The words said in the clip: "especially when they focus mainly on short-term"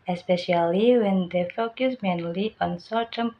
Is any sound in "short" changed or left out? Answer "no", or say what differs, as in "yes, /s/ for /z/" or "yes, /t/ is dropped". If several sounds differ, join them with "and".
yes, /s/ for /ʃ/